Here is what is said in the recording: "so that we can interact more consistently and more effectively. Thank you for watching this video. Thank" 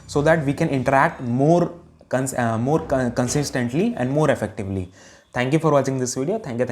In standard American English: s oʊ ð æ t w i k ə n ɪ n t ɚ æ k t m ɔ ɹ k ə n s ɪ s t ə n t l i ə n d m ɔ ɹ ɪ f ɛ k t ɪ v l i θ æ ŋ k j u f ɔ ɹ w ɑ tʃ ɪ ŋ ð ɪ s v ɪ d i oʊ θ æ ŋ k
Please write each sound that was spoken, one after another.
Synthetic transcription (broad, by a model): s oʊ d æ t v i k ə n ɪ n t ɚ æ k t m ɔ ɹ k ə n s ɪ s t ə n t l i ə n d m ɔ ɹ ɪ f ɛ k t ɪ v l i t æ ŋ k j u f ɔ ɹ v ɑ tʃ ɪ ŋ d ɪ s v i d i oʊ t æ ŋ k